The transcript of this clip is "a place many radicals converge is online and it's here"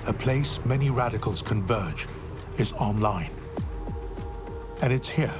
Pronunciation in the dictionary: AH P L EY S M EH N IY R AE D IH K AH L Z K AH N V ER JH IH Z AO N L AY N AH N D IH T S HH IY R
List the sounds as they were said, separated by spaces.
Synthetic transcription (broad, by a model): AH P L EY S M EH N IY R AE D IH K AH L Z K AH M V ER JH IH Z AO N L AY N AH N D IH T S HH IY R